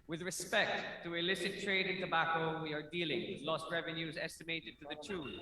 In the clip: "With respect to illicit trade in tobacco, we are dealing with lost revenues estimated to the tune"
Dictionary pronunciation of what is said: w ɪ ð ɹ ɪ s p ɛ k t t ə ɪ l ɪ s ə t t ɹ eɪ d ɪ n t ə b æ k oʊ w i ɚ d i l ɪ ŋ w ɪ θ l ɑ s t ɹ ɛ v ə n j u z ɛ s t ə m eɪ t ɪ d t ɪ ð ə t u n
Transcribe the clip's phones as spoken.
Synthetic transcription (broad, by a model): w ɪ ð ɹ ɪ s p ɛ k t t ə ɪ l ɪ s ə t t ɹ eɪ d ɪ n t ə b æ k oʊ w i ɚ d i l ɪ ŋ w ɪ l ɑ s t ɹ ɛ v ə n j u z ɛ s t ə m eɪ t ɪ d t ɪ ð ə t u